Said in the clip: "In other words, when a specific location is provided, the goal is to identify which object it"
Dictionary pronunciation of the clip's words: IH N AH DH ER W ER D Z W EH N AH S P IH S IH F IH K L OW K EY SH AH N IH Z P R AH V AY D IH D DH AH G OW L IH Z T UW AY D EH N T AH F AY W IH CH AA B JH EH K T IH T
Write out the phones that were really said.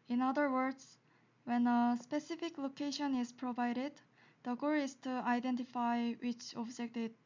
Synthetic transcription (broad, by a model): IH N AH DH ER W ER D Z W EH N AH S P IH S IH F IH K L OW K EY SH AH N IH Z P R AH V AY D IH D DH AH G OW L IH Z T UW AY D EH N T AH F AY W IH CH AA B JH EH K T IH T